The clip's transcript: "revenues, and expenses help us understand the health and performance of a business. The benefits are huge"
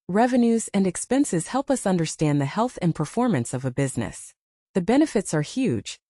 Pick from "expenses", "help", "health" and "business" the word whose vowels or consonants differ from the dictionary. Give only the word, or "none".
none